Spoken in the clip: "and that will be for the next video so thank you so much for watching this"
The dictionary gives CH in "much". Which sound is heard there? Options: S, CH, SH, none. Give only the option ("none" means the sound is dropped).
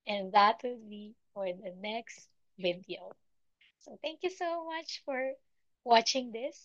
CH